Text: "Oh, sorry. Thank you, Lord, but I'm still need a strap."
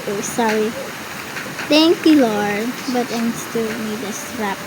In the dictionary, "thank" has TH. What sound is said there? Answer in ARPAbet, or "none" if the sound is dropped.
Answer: T